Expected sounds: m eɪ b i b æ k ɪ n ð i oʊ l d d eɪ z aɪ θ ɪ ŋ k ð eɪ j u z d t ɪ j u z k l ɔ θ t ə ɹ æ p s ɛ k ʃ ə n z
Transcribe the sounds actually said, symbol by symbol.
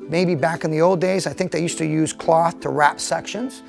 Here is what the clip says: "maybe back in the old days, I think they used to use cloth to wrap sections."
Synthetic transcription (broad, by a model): m eɪ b i b æ k ɪ n ð i oʊ l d d eɪ z aɪ θ ɪ ŋ k ð eɪ j u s t ɪ j u z k l ɔ θ t ə ɹ æ p s ɛ k ʃ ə n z